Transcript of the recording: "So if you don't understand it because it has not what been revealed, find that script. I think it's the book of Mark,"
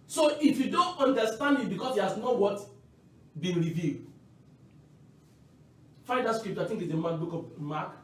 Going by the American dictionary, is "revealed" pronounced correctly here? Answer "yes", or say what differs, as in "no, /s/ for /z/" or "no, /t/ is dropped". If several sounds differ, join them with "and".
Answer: yes